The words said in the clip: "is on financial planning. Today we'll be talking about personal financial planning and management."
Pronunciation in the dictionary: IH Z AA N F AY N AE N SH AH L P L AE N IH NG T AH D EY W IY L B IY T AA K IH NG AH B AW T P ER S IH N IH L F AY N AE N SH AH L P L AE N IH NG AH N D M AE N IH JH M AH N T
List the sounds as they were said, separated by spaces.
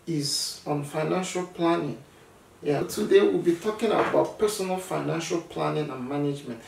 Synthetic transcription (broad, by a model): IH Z AA N F AY N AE N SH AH L P L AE N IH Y T AH D EY W IY L B IY T AA K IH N AH B AW T P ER S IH N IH L F AY N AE N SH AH L P L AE N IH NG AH N M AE N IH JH M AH N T